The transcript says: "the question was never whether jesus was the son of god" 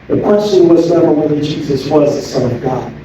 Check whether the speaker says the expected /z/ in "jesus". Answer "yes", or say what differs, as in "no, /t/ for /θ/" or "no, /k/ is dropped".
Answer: yes